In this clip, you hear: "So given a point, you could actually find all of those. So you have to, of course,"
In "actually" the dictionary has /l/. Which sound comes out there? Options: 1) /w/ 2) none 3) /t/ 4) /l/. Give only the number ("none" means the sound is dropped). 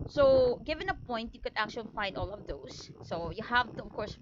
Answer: 4